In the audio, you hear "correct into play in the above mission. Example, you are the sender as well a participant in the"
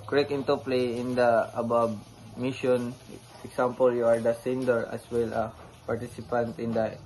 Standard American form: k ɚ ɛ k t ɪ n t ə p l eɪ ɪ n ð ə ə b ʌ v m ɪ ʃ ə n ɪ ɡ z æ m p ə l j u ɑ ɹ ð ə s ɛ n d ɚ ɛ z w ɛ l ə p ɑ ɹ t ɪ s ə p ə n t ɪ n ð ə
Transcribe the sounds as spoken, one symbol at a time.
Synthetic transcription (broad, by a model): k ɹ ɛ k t ɪ n t ə p l eɪ ɪ n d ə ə b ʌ b m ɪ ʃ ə n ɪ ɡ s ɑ m p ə l j u ɑ ɹ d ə s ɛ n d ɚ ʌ s w ɛ l ə p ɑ ɹ t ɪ s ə p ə n t ɪ n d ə